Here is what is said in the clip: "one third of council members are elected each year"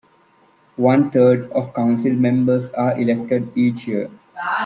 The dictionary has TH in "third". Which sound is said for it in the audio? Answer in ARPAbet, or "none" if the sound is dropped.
T